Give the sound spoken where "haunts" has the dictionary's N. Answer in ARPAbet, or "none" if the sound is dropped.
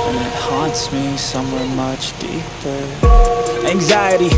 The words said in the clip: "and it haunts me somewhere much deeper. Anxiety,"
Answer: N